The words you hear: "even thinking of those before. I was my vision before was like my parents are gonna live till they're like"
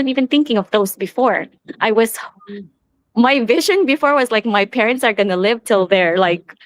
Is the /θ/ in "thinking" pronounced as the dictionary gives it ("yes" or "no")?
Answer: yes